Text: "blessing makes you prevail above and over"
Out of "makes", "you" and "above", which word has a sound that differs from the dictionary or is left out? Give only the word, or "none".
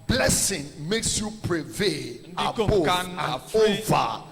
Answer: above